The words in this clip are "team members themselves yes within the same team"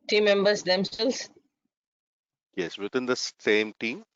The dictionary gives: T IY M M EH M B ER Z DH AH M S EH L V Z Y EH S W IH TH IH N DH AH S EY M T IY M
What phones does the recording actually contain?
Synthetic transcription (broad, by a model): T IY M M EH M B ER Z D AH M S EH L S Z Y EH S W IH T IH N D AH S EY M T IY M